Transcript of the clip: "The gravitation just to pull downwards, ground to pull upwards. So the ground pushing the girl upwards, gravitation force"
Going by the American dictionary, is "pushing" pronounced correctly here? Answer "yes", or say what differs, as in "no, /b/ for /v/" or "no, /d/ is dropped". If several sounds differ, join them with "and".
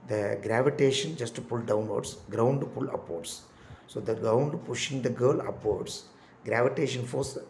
yes